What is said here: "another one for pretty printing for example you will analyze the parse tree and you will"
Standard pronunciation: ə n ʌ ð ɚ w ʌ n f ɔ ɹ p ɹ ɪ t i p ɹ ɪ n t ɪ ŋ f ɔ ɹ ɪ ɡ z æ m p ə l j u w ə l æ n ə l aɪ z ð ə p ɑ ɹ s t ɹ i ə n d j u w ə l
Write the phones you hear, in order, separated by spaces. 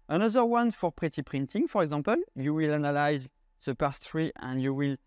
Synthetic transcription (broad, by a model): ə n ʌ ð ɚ w ʌ n f ɔ ɹ p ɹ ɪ t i p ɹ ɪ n t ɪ ŋ f ɔ ɹ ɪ ɡ z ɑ p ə l j u w ə l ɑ n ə l aɪ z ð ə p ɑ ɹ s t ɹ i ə n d j u w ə l